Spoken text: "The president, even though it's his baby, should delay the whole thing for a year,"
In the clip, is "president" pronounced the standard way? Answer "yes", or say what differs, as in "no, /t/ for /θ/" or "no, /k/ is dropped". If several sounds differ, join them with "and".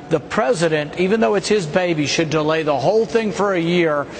yes